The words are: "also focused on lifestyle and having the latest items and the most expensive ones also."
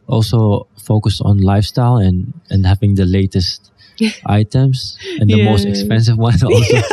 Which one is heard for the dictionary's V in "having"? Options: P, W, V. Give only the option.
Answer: V